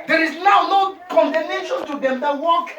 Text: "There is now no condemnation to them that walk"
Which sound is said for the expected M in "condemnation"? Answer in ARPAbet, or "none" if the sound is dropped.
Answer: none